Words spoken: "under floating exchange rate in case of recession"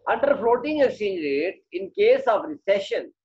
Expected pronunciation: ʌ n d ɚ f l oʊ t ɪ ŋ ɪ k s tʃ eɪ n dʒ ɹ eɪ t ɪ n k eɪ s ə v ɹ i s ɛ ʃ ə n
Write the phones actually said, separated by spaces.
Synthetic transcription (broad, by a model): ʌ n d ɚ f l oʊ t ɪ ŋ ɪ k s i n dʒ ɹ eɪ t ɪ n k eɪ s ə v ɹ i s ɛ ʃ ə n